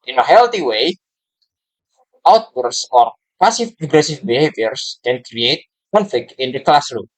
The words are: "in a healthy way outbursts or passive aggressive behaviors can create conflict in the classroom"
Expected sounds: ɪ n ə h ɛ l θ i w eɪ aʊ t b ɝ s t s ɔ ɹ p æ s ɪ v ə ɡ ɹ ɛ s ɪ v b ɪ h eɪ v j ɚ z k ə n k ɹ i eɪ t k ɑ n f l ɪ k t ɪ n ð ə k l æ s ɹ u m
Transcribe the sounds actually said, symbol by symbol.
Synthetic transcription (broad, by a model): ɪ n ə h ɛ l t i w eɪ aʊ t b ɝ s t s ɔ ɹ p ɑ s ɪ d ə ɡ ɹ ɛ s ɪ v b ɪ h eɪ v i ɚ s k ə n k ɹ i eɪ t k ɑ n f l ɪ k ɪ n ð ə k l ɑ s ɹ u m